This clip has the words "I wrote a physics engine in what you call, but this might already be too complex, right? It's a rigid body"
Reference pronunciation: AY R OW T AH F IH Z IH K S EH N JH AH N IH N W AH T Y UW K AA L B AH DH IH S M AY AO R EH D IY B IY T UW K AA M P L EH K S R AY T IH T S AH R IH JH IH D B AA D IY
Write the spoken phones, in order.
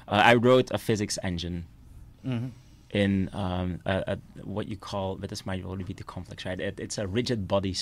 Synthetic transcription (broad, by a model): AY R OW T AH F IH Z IH K S EH N JH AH N IH N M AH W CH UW K AA L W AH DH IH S M AY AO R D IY B IY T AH K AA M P L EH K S R AY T IH T S AH R IH JH IH D B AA D IY